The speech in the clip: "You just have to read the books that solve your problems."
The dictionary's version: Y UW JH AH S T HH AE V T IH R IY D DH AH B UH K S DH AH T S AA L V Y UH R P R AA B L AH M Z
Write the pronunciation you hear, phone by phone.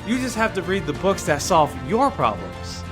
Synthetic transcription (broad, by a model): Y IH JH AH S T HH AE F T IH R IY D DH AH B UH K S DH AH T S AA L V Y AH R P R AA B L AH M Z